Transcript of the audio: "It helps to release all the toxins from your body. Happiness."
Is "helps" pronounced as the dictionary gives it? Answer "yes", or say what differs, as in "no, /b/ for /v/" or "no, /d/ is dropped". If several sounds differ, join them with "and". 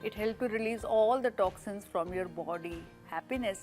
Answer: no, /s/ is dropped